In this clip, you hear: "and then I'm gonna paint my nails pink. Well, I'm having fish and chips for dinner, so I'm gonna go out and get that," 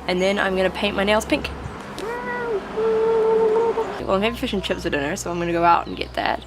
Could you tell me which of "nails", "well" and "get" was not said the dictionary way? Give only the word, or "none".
well